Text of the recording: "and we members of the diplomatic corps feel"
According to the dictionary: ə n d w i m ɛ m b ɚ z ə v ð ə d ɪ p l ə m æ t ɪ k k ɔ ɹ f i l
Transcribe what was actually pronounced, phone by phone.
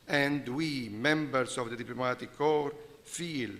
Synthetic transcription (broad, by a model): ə n d w i m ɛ m b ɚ s ə v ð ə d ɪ p l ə m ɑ t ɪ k k ɔ ɹ f i l